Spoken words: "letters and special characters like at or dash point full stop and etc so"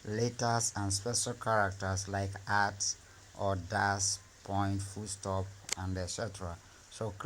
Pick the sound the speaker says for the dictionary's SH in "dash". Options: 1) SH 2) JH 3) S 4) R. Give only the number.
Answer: 3